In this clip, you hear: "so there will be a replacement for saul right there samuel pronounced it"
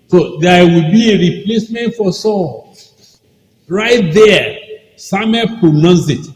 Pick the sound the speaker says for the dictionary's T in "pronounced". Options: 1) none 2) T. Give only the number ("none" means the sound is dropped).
1